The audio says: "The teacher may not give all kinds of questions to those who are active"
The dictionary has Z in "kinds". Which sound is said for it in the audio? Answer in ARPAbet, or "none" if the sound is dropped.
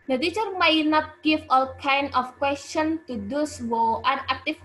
none